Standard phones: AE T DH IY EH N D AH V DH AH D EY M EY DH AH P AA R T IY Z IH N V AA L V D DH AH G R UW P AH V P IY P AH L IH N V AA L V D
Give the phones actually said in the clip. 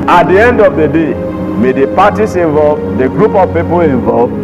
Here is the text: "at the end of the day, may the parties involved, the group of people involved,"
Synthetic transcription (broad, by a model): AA T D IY EH N D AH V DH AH D EY M EY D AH P AA T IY S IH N V AA L V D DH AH G R UW P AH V P IY P AH L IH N V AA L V